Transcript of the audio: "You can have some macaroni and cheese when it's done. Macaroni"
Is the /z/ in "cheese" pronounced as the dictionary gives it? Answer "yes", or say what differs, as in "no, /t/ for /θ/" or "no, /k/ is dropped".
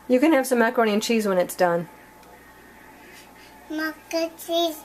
yes